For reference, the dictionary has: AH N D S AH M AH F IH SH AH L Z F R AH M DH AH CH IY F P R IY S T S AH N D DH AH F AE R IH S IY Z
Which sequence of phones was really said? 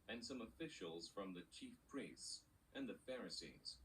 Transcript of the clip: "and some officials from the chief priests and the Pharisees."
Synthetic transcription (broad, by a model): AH N S AH M AH F IH SH AH L Z F R AH M DH AH CH IY F P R IY S T S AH N DH AH F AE R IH S IY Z